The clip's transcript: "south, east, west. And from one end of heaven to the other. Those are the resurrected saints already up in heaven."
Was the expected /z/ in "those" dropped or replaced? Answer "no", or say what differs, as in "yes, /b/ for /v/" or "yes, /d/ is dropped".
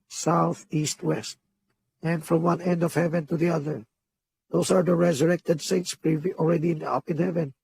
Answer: yes, /s/ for /z/